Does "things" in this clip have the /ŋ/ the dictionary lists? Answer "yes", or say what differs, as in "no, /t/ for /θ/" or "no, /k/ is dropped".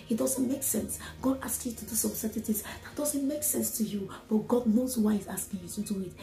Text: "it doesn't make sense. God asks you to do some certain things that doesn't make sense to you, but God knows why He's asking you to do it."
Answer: no, /ŋ/ is dropped